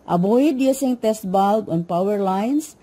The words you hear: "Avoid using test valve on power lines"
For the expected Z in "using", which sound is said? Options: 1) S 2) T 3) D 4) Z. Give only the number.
1